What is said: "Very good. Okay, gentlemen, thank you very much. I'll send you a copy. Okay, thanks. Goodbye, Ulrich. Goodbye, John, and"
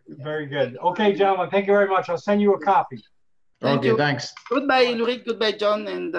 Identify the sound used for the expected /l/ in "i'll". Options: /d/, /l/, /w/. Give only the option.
/l/